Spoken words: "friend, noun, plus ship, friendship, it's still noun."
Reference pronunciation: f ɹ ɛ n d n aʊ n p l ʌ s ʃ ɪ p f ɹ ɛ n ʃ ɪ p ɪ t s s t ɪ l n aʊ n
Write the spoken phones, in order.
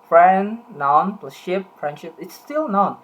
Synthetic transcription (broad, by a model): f ɹ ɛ n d n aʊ n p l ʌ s ʃ ɪ p f ɹ ɛ n ʃ ɪ p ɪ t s s t ɪ l n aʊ n